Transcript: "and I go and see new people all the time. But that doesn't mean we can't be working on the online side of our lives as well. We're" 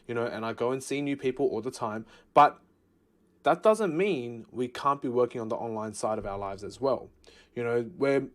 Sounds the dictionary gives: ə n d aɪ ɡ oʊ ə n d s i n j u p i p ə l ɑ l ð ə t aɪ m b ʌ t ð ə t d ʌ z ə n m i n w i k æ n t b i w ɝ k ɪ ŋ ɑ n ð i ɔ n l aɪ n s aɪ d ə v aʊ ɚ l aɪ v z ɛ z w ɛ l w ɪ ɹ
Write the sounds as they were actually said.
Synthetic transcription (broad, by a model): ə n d aɪ ɡ oʊ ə n s i n j u p i p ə l ɑ l ð ə t aɪ m b ʌ t ð ə t d ʌ z ə n m i n w i k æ n b i w ɝ k ɪ ŋ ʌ n ð i ɔ n l aɪ n s aɪ d ə v aʊ ɚ l aɪ v z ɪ z w ɛ l w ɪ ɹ